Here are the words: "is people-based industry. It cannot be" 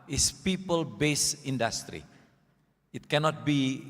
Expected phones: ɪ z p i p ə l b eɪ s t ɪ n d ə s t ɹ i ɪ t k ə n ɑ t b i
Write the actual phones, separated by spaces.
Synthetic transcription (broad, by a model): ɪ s p i p ə l b eɪ s ɪ n d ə s t ɹ i ɪ t k ə n ɑ t b i